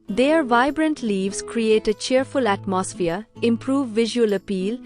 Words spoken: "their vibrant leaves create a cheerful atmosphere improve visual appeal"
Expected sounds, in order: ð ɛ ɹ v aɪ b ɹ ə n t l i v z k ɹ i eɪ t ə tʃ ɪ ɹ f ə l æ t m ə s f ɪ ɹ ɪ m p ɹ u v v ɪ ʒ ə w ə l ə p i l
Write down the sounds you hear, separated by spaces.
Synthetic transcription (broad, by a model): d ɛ ɹ v aɪ b ɹ ə n t l i v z k ɹ i eɪ t ə tʃ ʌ ɹ f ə l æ t m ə s f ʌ ɹ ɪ m p ɹ u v v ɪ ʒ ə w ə l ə p i l